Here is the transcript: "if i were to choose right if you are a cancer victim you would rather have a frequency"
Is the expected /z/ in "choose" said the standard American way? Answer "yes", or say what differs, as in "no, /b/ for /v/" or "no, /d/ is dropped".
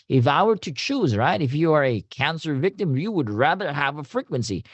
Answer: yes